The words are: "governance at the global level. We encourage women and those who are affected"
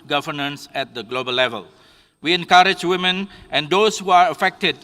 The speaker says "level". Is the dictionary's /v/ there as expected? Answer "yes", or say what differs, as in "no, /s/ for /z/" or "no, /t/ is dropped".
yes